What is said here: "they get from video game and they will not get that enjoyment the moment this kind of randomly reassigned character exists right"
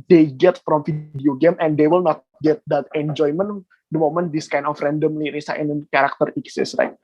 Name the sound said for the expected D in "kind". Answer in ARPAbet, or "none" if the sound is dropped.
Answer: none